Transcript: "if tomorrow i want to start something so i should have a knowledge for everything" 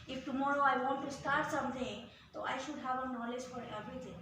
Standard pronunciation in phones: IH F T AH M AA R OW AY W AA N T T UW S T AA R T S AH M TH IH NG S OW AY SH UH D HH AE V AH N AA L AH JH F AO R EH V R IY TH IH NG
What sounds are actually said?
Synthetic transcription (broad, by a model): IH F T AH M AA R OW AY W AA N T T UW S T AA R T S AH M T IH NG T OW AY SH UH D HH AE V AH N AA L AH JH F AO R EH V R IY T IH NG